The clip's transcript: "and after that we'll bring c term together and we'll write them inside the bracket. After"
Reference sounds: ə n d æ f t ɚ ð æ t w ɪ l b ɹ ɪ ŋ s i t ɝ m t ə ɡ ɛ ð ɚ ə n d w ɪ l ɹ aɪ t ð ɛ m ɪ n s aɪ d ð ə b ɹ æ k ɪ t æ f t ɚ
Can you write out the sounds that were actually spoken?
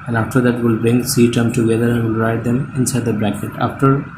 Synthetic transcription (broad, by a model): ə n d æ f t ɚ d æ t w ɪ l b ɹ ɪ ŋ s i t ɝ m t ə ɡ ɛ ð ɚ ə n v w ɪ l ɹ aɪ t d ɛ m ɪ n s aɪ d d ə b ɹ æ k ɪ t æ f t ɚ